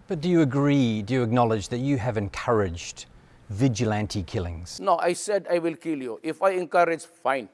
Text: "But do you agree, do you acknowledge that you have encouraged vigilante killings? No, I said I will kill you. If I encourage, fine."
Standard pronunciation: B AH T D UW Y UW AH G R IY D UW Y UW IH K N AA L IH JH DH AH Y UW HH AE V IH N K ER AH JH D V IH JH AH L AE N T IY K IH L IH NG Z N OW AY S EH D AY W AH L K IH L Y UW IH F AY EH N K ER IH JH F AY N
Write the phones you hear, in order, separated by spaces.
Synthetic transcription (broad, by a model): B AH T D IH Y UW AH G R IY D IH Y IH IH K N AA L IH JH DH AH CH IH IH V IH N K ER AH JH D V IH JH AH L AE N T IY K IH L IH NG Z N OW AY S EH D AY W AH L K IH L Y UW IH F AY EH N K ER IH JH F AY N